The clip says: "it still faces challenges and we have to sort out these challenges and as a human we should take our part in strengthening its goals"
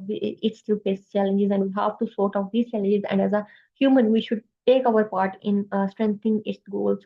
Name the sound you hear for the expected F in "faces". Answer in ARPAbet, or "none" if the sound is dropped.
P